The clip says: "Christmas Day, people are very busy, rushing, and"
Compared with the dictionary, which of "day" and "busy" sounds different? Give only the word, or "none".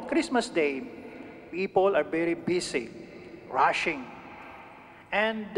busy